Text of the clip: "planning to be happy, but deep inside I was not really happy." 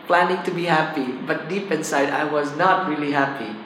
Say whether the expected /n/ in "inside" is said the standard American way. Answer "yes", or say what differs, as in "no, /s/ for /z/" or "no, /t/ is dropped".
yes